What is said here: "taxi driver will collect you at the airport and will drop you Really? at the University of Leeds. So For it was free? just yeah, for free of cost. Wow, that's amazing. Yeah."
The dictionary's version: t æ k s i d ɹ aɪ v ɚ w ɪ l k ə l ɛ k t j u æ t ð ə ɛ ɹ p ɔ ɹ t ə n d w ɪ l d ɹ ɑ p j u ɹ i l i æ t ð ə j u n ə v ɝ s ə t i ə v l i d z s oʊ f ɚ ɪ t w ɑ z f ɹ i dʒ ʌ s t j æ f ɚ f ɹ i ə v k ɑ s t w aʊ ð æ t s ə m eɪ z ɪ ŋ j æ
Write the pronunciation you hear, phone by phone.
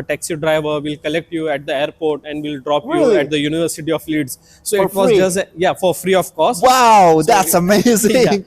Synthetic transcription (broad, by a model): t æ k s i d ɹ aɪ v ɚ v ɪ l k ə l ɛ k t j u æ t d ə ɛ ɹ p ɔ ɹ t ə n d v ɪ l d ɹ ɑ p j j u i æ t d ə j u n ə v ɝ s ə t i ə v l i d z s oʊ ɪ t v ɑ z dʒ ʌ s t j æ f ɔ f ɹ i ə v k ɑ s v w aʊ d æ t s ə m eɪ z ɪ ŋ